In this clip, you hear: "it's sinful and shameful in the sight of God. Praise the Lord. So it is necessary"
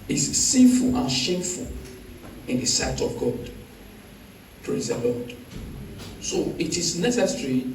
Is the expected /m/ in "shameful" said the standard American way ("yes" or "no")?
yes